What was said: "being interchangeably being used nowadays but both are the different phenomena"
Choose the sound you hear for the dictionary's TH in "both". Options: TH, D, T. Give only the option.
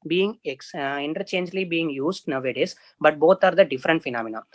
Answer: T